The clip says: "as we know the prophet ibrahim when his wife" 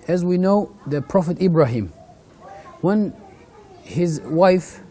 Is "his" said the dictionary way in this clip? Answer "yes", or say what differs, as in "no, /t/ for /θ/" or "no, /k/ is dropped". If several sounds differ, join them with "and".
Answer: yes